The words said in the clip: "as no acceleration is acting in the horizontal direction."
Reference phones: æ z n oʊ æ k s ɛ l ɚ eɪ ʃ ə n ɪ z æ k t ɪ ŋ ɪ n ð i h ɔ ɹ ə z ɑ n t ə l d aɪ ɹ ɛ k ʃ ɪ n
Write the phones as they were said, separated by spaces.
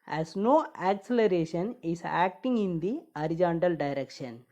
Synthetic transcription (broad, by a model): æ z n oʊ æ k s ɛ l ɚ eɪ ʃ ə n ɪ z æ k t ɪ ŋ ɪ n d i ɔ ɹ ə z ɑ n t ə l d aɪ ɹ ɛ k ʃ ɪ n